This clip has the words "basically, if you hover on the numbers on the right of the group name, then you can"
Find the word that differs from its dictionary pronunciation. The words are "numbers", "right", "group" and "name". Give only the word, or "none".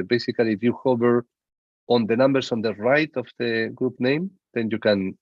numbers